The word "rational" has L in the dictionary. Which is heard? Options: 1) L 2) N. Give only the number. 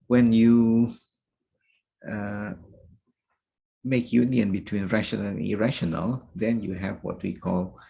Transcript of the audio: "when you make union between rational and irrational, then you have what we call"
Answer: 2